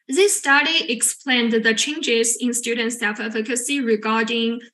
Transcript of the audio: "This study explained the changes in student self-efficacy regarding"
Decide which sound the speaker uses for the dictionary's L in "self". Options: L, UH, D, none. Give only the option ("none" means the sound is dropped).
none